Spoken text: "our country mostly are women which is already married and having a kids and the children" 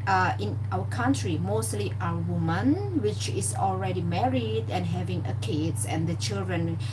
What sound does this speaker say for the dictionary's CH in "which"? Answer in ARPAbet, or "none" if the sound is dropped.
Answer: CH